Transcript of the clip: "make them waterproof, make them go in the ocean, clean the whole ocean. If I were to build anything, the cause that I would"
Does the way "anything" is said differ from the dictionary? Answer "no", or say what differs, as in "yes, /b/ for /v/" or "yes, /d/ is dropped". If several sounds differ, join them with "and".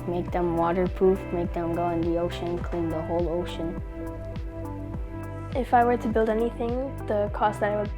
no